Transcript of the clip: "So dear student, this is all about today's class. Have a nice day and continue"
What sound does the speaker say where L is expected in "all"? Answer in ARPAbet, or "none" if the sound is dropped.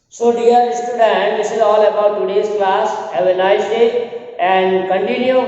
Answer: L